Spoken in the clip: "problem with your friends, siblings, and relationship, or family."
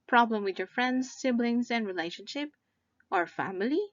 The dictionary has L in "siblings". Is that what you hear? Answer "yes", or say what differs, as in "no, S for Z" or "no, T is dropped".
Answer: yes